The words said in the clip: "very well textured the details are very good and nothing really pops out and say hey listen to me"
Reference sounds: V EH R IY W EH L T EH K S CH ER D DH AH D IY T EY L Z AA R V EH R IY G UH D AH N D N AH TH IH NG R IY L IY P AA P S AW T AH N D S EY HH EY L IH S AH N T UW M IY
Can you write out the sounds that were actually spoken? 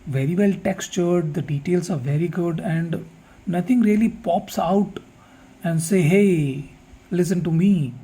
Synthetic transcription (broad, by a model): V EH R IY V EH L T EH K S CH ER D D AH D IY T EY L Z AA R V EH R IY G UH D AH N D N AH T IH NG R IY L IY P AA P S AW T AH N D S EY HH EY L IH S AH N T UW M IY